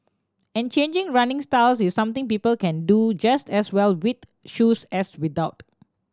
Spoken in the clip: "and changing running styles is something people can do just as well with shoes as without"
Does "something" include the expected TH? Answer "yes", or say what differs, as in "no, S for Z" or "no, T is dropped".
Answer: no, T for TH